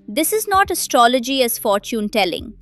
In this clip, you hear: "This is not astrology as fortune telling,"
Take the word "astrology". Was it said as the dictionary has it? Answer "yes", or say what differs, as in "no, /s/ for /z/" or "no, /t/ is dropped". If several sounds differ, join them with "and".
yes